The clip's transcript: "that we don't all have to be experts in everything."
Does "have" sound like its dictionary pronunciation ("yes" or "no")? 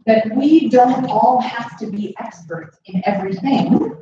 no